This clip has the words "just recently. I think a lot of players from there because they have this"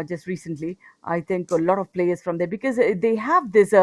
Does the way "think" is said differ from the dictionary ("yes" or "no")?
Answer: yes